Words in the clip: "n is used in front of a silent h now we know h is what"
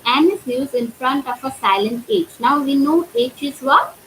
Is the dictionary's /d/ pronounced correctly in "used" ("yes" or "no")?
no